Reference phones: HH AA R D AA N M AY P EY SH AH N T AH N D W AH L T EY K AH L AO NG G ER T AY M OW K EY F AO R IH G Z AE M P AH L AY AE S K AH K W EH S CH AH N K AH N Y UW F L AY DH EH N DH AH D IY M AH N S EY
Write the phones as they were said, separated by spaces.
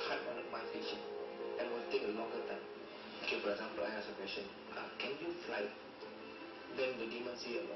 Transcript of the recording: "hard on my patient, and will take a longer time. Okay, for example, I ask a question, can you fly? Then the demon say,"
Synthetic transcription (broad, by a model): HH AA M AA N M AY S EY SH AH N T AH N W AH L T EY K AH L AO NG G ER T AY M OW K EY F AO R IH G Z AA M P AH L AY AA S AH K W EH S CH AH N K AH N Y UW F L AY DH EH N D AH D IY M AH N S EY